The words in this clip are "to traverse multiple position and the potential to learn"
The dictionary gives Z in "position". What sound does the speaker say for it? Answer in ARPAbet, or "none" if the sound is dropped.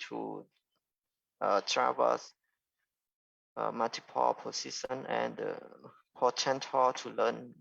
S